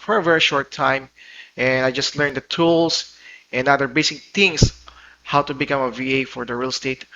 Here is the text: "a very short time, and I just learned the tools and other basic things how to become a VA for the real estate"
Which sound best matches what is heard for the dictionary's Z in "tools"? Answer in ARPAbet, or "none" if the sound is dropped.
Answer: S